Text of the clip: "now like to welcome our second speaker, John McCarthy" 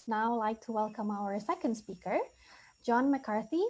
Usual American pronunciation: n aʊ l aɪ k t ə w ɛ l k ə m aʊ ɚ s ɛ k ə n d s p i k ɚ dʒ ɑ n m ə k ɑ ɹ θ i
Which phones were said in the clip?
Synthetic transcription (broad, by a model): n aʊ l aɪ k t ə w ɛ l k ə m aʊ ɚ s ɛ k ə n d s p i k ɚ dʒ ɑ n m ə k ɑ ɹ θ i